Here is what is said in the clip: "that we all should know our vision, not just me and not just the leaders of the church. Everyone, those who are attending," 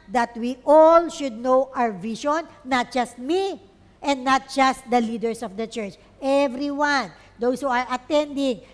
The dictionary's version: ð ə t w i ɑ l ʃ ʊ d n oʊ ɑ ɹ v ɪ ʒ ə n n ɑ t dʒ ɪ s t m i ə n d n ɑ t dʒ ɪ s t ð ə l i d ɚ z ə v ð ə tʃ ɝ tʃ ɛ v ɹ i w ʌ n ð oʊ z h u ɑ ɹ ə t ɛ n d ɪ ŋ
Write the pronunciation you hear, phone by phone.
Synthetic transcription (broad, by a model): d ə t w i ɑ l ʃ ʊ d n oʊ ɑ ɹ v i ʃ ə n n ɑ t dʒ ɪ s t m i ə n d n ɑ t dʒ ɪ s t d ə l i d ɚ s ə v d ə tʃ ɝ tʃ ɛ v ɹ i w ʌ n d oʊ s h u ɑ ɹ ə t ɛ n d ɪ ŋ